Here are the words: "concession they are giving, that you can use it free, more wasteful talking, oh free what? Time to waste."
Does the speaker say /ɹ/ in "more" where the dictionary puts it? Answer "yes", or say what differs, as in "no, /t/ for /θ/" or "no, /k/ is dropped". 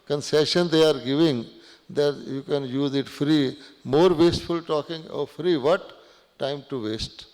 yes